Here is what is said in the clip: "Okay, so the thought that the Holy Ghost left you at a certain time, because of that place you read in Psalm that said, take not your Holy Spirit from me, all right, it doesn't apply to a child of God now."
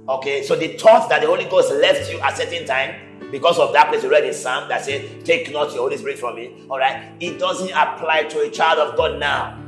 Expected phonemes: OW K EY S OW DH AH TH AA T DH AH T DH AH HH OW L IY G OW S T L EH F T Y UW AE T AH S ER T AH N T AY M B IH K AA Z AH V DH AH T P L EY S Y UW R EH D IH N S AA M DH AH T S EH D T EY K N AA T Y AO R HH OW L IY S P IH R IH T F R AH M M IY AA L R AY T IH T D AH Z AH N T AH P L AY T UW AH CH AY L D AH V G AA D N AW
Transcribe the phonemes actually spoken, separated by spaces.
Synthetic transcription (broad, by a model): OW K EY S OW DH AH T AA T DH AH T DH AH HH OW L IY G OW S T L EH F T Y UW T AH S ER T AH N T AY M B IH K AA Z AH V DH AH T P L EY S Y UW R EH D IH N S AA M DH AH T S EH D T EY K N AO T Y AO HH OW L IY S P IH R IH T F R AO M M IY AA L R AY T IH T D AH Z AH N T AH P L AY T UW AH CH AY L D AH V G AA D N AW